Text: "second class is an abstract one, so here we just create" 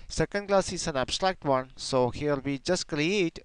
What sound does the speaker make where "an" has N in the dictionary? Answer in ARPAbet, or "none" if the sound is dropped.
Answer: N